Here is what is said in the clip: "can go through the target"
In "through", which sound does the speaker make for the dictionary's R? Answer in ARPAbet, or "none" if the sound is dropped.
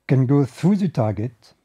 none